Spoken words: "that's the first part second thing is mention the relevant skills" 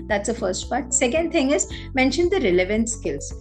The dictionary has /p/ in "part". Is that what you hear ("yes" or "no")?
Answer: yes